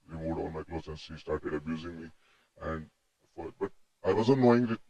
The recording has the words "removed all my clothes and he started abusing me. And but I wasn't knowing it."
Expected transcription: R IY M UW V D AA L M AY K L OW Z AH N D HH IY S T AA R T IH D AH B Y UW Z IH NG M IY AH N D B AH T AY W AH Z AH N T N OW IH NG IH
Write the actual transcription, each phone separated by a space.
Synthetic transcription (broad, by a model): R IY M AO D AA N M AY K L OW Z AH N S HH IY S T AA R T IH D AH B Y UW Z IH NG M IY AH N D B AH T AY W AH Z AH N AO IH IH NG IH